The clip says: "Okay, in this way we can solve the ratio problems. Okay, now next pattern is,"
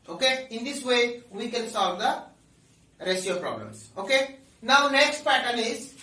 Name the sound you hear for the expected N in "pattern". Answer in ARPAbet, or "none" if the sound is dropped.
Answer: L